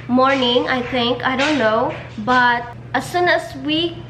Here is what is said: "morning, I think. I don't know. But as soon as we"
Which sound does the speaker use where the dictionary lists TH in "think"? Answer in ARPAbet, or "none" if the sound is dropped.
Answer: T